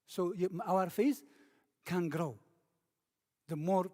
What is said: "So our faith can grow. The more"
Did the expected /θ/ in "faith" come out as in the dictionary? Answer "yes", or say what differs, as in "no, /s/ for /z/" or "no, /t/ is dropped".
no, /s/ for /θ/